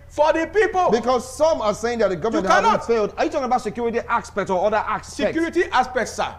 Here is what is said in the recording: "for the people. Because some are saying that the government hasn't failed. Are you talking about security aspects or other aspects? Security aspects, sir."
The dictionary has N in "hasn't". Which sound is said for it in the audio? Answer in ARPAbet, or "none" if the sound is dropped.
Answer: none